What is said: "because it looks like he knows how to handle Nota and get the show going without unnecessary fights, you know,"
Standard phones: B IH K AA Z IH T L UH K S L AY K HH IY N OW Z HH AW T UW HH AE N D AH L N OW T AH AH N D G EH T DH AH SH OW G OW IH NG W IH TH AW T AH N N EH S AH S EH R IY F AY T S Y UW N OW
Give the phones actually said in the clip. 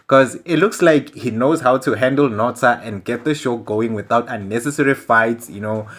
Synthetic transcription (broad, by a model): K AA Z IH T L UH K S L AY K HH IY N OW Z HH AW T UW HH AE N D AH L N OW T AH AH N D G EH T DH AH SH OW G OW IH NG W IH TH AW T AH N N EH S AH S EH R IY F AY T Y UW N OW